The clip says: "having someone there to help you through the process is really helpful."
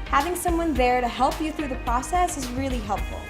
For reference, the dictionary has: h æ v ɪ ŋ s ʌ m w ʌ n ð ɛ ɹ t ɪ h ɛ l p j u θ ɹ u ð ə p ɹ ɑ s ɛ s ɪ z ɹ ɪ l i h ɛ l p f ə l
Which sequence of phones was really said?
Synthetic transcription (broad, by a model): h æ v ɪ ŋ s ʌ m w ʌ n ð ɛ ɹ t ɪ h ɛ l p j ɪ θ ɹ u ð ə p ɹ ɑ s ɛ s ɪ z ɹ ɪ l i h ɛ l p f l